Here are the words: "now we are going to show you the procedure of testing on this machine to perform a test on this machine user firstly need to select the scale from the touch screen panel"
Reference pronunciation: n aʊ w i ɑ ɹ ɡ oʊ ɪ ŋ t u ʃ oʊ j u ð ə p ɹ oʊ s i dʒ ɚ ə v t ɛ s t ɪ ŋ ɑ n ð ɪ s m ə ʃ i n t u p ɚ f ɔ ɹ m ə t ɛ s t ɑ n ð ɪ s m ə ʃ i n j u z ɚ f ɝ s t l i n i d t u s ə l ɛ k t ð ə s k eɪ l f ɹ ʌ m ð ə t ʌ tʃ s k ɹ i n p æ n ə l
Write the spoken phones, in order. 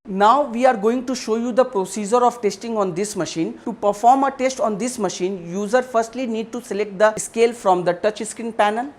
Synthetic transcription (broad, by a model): n aʊ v i ɑ ɹ ɡ oʊ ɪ ŋ t u ʃ oʊ j u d ə p ɹ oʊ s i dʒ ɚ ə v t ɛ s t ɪ ŋ ɑ n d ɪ s m ə ʃ i n t u p ɚ f ɔ ɹ m ə t ɛ s t ɑ n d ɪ s m ə ʃ i n j u z ɚ f ɝ s t l i n i d t u s ə l ɛ k t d ə s k eɪ l f ɹ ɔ m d ə t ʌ tʃ s k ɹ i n p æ n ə l